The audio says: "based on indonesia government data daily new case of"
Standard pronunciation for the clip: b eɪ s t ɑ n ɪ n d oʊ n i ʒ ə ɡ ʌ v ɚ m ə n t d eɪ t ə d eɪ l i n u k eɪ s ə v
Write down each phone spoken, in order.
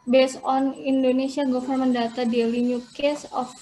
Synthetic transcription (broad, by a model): b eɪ s ɑ n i n d oʊ n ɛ s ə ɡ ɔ f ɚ m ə n d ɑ t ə d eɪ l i n u k eɪ s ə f